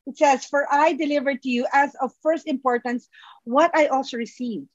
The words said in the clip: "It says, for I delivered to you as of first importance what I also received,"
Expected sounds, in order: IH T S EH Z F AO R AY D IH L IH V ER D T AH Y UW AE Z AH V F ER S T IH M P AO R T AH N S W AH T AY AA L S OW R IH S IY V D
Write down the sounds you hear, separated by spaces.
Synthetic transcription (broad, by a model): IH T S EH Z F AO R AY D IH L IH V ER D T AH Y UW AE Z AH V F ER S T IH M P AO R T AH N S W AH T AY AA L S OW R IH S IY V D